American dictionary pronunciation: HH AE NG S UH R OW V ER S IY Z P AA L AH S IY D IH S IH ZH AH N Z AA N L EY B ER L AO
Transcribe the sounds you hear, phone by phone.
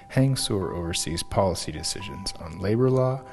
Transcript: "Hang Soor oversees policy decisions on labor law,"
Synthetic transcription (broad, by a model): HH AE NG S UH R OW V ER S IY Z P AA L AH S IY D IH S IH ZH AH N Z N L EY B ER L AO